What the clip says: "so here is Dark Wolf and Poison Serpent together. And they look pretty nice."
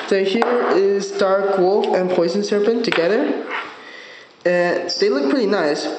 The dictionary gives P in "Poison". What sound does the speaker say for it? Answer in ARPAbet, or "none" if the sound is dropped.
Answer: P